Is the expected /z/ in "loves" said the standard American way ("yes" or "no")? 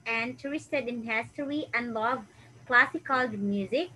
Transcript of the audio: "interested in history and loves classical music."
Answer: no